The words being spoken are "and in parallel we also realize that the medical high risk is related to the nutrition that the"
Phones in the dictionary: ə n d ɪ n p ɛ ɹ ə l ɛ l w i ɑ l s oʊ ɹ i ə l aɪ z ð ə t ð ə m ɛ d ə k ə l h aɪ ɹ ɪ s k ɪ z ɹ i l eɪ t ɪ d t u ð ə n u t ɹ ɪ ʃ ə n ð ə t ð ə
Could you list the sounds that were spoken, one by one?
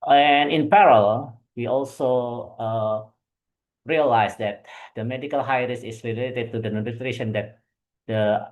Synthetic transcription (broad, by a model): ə n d ɪ n p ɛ ɹ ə l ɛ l w i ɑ l s oʊ ɹ i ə l aɪ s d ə t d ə m ɛ d ə k ə l h aɪ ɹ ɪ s ɪ s ɹ i l eɪ t ɪ d t u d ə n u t ɹ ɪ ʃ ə n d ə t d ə